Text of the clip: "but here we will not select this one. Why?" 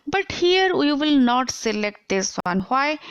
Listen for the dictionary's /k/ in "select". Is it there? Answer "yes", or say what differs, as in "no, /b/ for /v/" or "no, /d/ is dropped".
yes